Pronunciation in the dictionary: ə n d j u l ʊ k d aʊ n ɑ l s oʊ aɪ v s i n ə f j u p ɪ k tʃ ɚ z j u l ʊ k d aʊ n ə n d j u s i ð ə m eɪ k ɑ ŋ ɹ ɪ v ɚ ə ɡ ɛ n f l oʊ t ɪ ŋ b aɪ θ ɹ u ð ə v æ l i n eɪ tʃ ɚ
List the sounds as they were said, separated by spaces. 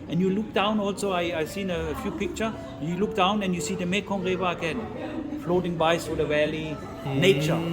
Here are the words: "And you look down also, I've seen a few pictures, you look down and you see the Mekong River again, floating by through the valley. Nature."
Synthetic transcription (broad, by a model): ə n j u l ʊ k d aʊ n ɑ l s oʊ aɪ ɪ s i n ə f j u p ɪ k tʃ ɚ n j u l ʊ k d aʊ n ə n j u s i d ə m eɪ k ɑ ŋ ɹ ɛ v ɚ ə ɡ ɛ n f l oʊ t ɪ ŋ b aɪ t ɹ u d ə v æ l i n eɪ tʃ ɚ